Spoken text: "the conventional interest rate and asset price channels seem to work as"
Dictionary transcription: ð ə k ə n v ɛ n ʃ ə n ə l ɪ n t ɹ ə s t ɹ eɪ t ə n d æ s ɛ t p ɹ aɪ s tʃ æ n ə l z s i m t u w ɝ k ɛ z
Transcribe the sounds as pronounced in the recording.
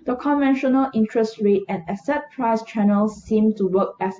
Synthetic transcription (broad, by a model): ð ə k ə n v ɛ n ʃ ə n ə l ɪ n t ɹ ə s t ɹ eɪ t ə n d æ s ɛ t p ɹ aɪ s tʃ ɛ n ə l s i m t u w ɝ k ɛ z